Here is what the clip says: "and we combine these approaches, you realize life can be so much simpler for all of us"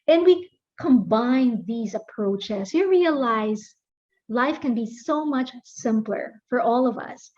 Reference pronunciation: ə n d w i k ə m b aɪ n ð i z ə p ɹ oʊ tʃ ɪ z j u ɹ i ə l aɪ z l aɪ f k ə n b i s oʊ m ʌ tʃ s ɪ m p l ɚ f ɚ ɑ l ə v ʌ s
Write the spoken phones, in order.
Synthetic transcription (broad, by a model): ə n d w i k ə m b aɪ n ð i z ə p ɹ oʊ tʃ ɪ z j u ɹ i ə l aɪ z l aɪ f k ə n b i s oʊ m ʌ tʃ s ɪ m p l ɚ f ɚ ɑ l ə v ʌ s